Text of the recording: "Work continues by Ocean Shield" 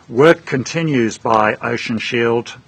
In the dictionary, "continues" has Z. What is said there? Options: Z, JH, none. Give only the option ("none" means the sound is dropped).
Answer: Z